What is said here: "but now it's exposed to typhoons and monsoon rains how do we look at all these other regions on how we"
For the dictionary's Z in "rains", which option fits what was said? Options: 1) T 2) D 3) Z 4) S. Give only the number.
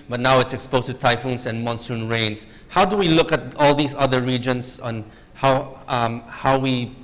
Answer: 4